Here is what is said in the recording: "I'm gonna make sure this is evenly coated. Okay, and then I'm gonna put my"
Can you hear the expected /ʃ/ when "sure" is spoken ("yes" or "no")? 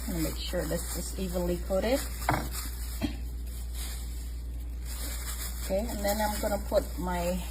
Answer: yes